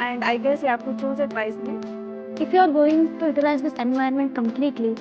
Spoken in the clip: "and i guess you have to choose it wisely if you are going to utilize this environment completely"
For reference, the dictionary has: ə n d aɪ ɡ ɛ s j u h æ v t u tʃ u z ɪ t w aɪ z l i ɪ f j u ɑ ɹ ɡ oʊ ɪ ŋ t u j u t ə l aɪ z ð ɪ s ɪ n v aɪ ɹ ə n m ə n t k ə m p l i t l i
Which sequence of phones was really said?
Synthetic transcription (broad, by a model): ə n d aɪ ɡ ɛ s j u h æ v t u tʃ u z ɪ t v aɪ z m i ɪ f j u ɑ ɹ ɡ oʊ ɪ ŋ t u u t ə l aɪ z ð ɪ s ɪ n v aɪ ə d m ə n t k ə m p l i t l i